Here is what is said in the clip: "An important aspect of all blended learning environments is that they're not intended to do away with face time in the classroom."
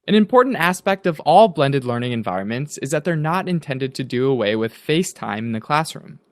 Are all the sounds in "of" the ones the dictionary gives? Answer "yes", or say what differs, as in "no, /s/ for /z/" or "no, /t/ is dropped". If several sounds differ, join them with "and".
yes